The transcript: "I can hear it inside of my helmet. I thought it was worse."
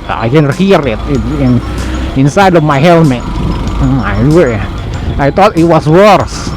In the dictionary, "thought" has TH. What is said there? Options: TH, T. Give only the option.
T